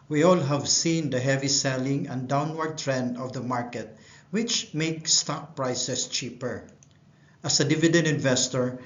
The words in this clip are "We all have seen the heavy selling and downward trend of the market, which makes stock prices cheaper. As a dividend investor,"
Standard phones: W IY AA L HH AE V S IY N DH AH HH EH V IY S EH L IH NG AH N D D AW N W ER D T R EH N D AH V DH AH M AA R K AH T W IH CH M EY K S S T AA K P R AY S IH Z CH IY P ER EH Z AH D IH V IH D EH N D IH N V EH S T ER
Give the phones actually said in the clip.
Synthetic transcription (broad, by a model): W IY AA L HH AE V S IY N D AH HH EH V IY S EH L IH NG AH N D D AW N W ER D T R EH N D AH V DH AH M AA R K AH T W IH CH M EY K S S T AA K P R AY S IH S CH IY P ER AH S AH D IH V IH D EH N D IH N V EH S T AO